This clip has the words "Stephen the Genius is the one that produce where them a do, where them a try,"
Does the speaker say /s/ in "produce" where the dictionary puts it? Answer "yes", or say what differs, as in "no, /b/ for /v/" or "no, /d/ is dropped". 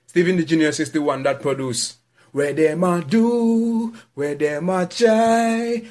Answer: yes